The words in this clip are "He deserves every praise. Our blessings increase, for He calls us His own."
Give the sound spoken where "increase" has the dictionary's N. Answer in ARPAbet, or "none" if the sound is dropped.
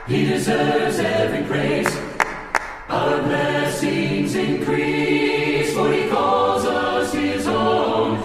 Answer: N